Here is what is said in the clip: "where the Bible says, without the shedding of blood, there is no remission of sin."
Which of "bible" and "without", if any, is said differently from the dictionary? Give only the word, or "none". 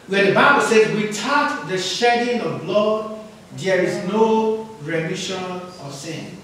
without